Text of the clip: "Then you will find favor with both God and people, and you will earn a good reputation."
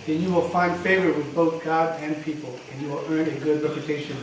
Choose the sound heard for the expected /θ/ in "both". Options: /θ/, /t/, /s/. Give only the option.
/θ/